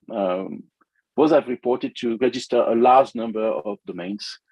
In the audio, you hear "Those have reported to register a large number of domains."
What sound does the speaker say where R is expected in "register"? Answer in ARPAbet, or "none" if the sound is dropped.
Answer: R